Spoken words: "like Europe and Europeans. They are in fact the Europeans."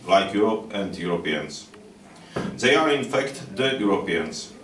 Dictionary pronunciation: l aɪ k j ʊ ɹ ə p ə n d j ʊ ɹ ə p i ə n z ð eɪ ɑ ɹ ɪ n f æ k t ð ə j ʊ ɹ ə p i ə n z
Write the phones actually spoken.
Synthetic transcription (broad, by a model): l aɪ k j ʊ ɹ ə p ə n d j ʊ ɹ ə p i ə n s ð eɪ ɑ ɹ ɪ n f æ k t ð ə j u ɹ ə p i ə n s